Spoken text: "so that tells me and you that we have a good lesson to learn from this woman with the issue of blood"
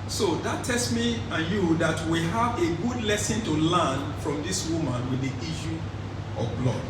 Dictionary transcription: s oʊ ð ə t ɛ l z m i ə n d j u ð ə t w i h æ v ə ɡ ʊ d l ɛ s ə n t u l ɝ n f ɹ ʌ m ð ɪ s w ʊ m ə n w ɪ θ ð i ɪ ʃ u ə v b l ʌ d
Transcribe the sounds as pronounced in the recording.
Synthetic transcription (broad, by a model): s oʊ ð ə t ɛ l s m i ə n j u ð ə t w i h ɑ v ə ɡ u d l ɛ s ə n t u l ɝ n f ɹ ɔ m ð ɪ s w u m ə n w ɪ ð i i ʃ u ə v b l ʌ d